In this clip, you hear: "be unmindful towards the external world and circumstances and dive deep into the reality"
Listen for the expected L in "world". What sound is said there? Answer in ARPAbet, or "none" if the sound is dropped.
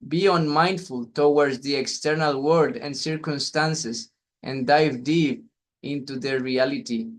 none